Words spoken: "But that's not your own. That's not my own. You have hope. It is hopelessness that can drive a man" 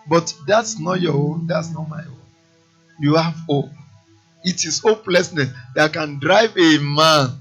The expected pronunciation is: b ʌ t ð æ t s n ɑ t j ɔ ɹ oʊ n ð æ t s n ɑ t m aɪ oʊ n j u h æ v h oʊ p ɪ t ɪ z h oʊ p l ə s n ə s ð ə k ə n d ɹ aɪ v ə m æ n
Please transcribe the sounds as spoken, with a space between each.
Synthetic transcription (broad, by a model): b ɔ t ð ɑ t s n ɑ t j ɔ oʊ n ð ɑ t s n ɑ t m aɪ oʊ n j u h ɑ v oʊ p ɪ t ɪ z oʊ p l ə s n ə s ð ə k ə n d ɹ aɪ v ə m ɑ n